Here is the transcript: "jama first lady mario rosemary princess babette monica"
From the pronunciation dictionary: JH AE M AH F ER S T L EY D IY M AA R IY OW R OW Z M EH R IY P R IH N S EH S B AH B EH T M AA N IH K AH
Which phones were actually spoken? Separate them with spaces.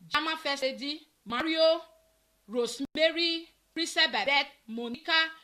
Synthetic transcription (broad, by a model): JH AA M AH F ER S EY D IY M AA R IY OW R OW S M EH R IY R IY S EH B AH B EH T M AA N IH K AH